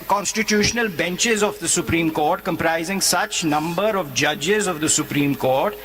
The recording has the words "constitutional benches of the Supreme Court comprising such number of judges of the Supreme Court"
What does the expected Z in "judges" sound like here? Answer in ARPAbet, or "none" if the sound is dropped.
Z